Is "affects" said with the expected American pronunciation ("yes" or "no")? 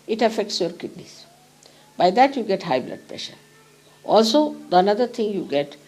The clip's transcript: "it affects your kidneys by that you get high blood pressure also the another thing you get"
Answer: yes